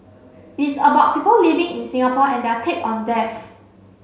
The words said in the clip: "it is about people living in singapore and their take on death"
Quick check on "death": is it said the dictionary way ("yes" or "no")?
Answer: no